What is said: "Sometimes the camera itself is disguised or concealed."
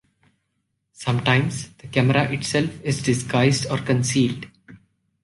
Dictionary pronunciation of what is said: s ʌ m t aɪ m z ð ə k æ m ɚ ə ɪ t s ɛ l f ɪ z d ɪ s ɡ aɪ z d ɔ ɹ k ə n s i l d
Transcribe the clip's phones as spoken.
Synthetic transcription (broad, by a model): s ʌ m t aɪ m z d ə k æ m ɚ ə ɪ t s ɛ l f ɪ z d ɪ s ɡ aɪ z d ɔ ɹ k ə n s i l d